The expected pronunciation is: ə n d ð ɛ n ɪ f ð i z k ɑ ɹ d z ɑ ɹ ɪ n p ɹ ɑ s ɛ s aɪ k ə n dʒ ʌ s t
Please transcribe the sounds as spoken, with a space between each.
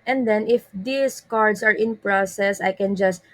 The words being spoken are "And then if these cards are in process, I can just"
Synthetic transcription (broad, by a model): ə n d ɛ n ɪ f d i s k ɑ ɹ d s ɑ ɹ ɪ n p ɹ ɑ s ɛ s aɪ k ə n dʒ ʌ s t